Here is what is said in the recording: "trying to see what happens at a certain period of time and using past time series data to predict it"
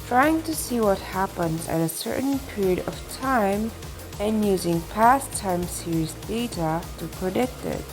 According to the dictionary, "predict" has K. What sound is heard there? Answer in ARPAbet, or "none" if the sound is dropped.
K